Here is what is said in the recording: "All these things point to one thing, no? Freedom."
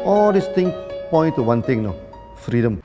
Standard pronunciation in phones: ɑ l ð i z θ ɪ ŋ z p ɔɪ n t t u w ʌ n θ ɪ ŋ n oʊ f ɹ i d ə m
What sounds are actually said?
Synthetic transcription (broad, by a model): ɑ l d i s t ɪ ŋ p ɔɪ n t t u w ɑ n t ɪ ŋ n oʊ f ɹ i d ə m